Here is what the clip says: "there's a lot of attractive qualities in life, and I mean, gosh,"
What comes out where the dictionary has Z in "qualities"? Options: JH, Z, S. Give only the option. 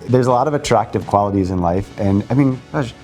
Z